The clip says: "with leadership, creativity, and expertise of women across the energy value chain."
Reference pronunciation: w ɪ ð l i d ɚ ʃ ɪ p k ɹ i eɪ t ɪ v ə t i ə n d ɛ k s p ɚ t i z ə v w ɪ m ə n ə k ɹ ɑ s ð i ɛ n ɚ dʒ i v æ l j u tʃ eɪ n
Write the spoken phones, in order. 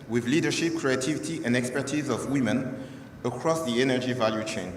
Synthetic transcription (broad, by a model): w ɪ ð l i d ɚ ʃ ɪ p k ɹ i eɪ t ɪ v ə t i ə n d ɛ k s p ɚ t i z ə v w ɪ m ə n ə k ɹ ɑ s ð i ɛ n ɚ dʒ i v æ l j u tʃ eɪ n